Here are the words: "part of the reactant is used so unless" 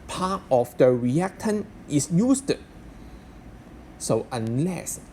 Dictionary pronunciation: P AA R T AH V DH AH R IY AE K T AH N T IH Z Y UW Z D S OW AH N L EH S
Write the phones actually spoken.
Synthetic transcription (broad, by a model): P AA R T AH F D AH R IY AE K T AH N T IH S Y UW S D S OW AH N L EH S